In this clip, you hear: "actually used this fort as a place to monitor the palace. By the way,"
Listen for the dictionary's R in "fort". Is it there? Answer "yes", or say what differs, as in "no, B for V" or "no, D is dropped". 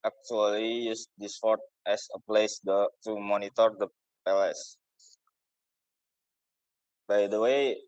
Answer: yes